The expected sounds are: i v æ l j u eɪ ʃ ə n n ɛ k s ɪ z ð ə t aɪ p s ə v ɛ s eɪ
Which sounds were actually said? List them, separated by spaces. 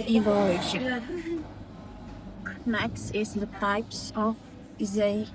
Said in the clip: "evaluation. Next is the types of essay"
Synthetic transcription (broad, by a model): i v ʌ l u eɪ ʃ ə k n ɛ k s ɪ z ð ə t aɪ p s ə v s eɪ